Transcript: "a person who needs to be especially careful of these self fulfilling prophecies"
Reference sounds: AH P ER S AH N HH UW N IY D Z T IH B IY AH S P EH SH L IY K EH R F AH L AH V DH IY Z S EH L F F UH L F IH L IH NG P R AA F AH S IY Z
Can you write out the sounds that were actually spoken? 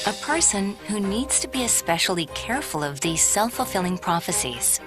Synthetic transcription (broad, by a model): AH P ER S AH N HH UW N IY D Z T IH B IY AH S P EH SH L IY K EH R F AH L AH V DH IY Z S EH L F F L F IH L IH NG P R AA F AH S IY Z